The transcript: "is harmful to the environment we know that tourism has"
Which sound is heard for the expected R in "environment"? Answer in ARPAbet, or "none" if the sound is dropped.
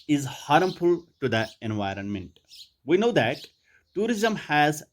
R